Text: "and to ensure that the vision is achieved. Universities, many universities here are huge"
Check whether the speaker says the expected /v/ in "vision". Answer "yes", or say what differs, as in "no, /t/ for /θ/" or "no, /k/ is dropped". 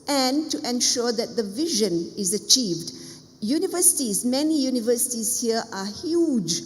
yes